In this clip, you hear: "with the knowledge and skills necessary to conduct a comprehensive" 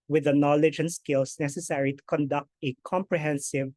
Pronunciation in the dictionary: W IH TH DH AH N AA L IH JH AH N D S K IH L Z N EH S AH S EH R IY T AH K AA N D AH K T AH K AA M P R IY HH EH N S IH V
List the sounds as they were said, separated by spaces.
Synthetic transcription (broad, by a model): W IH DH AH N AA L IH JH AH N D S K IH L S N EH S AH S EH R IY T AH K AA N D AH K T AH K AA M P R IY HH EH N S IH V